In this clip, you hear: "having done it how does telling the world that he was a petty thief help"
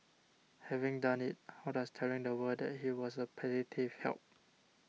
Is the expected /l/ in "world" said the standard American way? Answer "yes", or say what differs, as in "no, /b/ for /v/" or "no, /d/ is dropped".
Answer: no, /l/ is dropped